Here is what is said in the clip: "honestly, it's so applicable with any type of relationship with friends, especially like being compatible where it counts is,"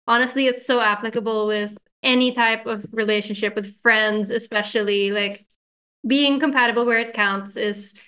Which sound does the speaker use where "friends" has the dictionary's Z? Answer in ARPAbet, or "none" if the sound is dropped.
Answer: Z